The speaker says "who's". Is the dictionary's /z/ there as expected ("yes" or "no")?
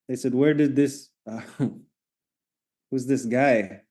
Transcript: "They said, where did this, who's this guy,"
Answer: yes